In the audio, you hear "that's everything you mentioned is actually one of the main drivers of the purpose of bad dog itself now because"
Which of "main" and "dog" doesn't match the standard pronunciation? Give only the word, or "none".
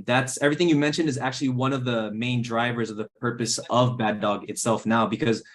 none